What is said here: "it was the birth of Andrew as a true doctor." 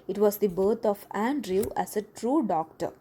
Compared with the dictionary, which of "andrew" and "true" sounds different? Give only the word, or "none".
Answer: none